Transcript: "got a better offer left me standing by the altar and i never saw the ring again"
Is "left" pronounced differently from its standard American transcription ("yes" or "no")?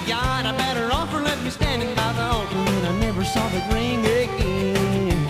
yes